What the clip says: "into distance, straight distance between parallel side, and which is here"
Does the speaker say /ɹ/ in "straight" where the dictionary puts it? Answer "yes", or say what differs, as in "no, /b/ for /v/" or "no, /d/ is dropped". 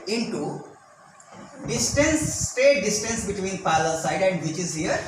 no, /ɹ/ is dropped